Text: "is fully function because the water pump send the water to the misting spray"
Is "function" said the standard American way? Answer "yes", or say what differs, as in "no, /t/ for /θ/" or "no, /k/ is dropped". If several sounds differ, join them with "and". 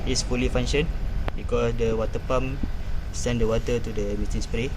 no, /k/ is dropped